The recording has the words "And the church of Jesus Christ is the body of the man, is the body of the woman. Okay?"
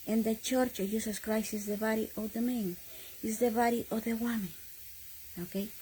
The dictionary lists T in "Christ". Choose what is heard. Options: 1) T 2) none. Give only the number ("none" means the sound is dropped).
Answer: 2